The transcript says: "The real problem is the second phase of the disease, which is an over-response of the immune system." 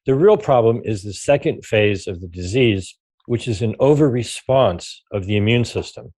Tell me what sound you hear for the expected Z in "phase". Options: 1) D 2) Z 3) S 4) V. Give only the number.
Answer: 2